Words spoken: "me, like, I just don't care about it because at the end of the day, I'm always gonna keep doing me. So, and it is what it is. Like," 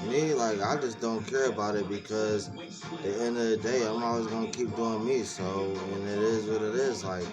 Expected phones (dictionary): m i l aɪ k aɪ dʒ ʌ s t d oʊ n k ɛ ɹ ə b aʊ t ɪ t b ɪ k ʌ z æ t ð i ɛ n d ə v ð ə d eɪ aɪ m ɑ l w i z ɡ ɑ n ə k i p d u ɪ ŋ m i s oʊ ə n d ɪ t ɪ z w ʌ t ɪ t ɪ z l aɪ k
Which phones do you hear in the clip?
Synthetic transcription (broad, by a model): m i l aɪ k aɪ dʒ ʌ s d oʊ n k ɛ ɹ ə b aʊ t ɪ t b ɪ k ʌ z ð i ɛ n d ə v ð ə d eɪ aɪ m ɑ l w i z ɡ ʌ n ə k i p d u ɪ ŋ m i s oʊ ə n ɪ t ɪ z w ʌ t ɪ t ɪ z l aɪ k